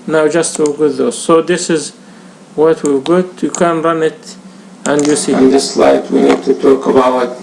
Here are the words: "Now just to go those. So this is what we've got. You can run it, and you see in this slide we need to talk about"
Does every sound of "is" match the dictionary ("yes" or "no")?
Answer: yes